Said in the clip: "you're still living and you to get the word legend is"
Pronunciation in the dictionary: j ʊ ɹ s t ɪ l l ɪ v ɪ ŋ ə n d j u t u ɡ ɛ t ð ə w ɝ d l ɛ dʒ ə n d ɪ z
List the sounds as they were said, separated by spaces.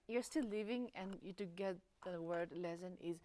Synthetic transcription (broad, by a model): j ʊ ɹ s t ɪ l l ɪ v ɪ ŋ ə n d j u t u ɡ ɛ t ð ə w ɝ d l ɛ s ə n ɪ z